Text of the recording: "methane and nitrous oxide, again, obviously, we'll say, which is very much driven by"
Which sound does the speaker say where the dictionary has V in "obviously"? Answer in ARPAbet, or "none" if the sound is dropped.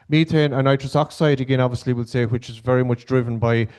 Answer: V